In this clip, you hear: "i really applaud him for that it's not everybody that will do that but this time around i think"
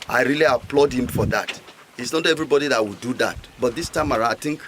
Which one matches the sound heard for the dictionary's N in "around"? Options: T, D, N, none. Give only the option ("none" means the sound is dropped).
none